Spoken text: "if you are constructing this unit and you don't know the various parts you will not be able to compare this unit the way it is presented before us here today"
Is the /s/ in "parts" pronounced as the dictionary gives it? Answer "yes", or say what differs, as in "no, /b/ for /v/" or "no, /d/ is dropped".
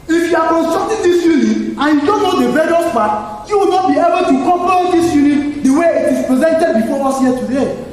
no, /s/ is dropped